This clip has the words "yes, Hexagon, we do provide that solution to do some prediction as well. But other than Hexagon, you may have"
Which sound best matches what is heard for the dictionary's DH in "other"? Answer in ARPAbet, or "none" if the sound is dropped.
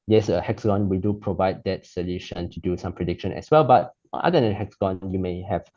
none